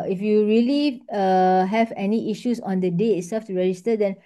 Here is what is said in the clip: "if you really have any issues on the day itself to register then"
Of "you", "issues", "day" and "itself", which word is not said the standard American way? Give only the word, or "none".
issues